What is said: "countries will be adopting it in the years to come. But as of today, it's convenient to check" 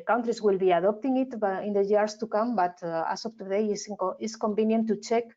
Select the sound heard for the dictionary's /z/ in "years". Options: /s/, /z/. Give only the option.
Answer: /s/